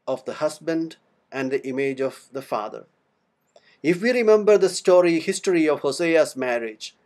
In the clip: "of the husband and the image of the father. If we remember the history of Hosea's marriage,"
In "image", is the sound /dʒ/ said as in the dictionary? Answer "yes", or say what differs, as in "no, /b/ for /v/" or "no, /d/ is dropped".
yes